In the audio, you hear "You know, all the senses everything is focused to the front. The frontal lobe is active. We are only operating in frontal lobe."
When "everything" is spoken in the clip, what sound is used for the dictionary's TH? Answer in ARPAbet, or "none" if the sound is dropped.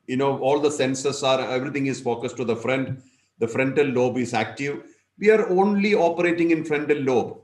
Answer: T